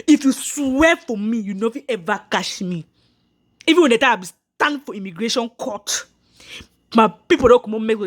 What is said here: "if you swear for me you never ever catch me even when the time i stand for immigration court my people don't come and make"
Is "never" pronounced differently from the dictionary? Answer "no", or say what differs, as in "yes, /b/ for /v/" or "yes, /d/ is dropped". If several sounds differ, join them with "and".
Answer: yes, /f/ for /v/